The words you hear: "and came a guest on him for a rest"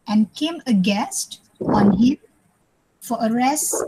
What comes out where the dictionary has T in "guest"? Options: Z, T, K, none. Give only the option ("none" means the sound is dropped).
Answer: T